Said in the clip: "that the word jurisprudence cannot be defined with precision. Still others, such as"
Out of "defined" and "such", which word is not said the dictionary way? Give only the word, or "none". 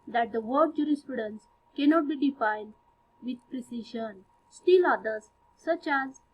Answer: none